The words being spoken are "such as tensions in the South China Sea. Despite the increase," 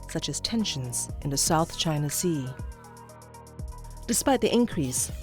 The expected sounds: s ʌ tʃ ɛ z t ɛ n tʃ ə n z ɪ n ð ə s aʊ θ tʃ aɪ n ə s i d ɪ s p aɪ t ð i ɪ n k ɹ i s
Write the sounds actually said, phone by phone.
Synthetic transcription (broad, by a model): s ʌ tʃ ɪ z t ɛ n ʃ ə n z ɪ n ð ə s aʊ θ tʃ aɪ n ə s i d ɪ s p aɪ t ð i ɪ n k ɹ i s